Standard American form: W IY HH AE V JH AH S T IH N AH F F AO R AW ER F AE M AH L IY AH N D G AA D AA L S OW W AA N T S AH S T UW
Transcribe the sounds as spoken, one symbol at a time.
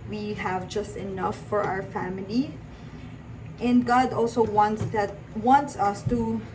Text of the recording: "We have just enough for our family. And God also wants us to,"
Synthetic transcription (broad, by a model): W IY HH AE V JH AH S T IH N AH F F AO R AW ER F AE M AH L IY AH N D G AA D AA L S OW W AA N T S AH S T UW